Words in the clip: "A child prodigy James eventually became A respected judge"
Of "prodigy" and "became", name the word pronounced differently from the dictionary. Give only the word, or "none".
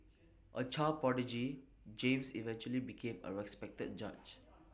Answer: prodigy